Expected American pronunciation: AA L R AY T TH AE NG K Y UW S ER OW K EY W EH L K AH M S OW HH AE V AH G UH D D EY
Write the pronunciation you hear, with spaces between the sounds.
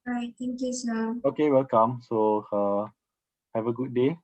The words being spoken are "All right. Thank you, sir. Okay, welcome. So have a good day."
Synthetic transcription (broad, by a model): R AY T T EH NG K Y UW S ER OW K EY W EH L K AH M S OW HH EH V AH G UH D D EY